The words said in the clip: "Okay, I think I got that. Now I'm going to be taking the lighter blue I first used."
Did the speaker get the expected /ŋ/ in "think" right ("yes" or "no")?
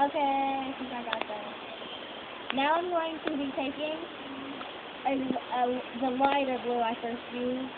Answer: no